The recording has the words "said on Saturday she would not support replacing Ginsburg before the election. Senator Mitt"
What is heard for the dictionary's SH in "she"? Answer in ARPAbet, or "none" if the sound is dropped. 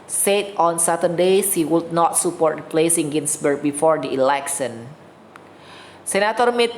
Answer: S